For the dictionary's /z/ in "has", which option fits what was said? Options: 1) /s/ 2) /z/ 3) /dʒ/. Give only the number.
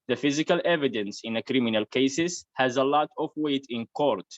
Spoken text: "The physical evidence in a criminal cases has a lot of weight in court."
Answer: 2